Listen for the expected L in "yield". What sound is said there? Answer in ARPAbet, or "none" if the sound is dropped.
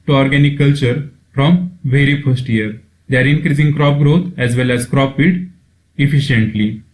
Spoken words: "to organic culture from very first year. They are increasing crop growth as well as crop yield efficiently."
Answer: none